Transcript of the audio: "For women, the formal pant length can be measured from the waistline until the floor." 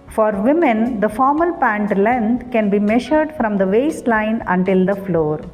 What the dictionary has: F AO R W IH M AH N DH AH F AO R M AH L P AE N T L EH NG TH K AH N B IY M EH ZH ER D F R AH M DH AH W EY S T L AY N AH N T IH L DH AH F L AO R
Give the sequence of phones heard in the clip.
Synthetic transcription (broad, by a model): F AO R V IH M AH N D AH F AO R M AH L P AE N T L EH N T K AH N B IY M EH SH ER D F R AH M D AH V EY S T L AY N AH N T IH L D AH F L AO R